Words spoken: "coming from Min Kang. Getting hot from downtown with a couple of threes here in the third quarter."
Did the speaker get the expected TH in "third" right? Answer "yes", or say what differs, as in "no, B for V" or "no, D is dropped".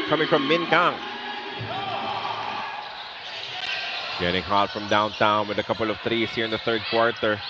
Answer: yes